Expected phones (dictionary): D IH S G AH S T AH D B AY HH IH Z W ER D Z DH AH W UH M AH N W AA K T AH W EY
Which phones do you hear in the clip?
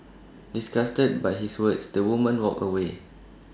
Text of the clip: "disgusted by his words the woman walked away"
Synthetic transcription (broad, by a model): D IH S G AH S T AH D B AY HH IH S W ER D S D AH W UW M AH N W AA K AH W EY